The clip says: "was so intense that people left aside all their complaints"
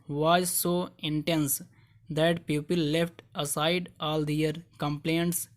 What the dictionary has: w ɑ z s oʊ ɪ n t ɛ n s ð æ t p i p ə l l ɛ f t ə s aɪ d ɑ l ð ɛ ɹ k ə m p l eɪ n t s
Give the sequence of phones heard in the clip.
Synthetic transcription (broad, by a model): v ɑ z s oʊ ɪ n t ɛ n s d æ t p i p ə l l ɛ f t ə s aɪ d ɑ l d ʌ ɹ k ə m p l eɪ n t s